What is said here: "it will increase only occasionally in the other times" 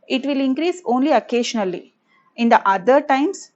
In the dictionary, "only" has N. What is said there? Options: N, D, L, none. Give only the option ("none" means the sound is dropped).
N